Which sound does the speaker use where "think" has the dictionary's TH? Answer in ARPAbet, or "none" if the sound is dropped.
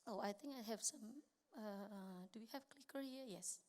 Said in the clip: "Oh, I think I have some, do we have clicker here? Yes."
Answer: T